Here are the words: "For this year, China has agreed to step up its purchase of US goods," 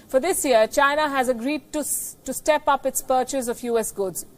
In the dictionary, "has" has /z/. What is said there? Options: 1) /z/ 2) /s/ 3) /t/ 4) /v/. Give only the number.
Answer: 1